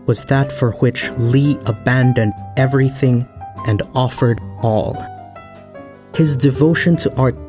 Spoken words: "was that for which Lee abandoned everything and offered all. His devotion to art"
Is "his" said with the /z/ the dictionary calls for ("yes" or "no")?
yes